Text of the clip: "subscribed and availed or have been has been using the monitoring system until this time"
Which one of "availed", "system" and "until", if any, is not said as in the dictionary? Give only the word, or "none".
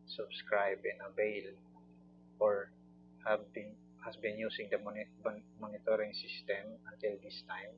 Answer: availed